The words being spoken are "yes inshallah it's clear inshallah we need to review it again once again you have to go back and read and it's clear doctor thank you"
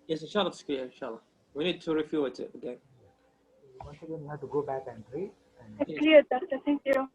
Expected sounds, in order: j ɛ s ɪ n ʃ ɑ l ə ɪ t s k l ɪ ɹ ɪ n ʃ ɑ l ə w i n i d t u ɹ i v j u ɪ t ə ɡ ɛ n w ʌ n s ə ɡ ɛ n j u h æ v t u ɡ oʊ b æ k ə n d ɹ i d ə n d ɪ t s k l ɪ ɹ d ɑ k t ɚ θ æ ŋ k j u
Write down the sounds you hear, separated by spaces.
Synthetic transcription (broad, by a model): j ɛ s ɪ n ʃ ɑ l ə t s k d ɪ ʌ ɪ n ʃ ɑ l ə w i n i d t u ɹ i f j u ɪ t ə ɡ ɛ n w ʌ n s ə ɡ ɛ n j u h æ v t u ɡ oʊ b æ k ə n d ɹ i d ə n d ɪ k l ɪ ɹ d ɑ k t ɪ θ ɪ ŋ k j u